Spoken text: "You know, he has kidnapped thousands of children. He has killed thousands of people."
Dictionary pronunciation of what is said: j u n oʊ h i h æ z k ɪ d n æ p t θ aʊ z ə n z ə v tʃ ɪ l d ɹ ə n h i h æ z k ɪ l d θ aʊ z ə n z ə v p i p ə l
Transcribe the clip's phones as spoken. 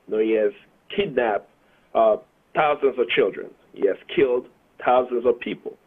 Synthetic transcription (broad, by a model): n oʊ h i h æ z k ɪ d n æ p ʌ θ aʊ z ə n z ə v tʃ ɪ l d ɹ ə n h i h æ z k ɪ l d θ aʊ z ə n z ə v p i p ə l